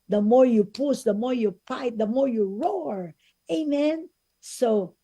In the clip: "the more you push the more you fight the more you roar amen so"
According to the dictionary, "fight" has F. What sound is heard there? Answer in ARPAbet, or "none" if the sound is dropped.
P